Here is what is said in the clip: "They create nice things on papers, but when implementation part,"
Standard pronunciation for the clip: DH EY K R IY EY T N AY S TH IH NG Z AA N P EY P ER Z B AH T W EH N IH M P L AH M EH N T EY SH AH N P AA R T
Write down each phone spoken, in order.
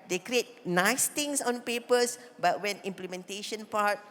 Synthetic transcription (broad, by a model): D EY K R IY EY T N AY S T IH NG S AA N P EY P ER S B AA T W EH N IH M P L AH M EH N T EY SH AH N P AA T